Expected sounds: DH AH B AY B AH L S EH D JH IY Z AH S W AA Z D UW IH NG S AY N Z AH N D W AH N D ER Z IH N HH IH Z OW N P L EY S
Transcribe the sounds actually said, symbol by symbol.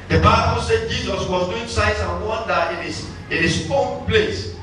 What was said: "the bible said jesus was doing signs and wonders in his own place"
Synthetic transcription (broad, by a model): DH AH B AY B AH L S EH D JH IY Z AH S W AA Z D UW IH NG S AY Z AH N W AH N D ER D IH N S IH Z OW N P L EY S